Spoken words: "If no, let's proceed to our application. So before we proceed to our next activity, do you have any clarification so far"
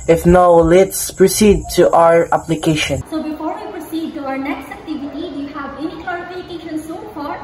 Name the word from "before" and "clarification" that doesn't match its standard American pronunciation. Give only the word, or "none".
clarification